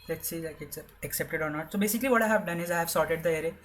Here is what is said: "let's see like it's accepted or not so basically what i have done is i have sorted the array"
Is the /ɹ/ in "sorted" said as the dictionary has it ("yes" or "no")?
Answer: yes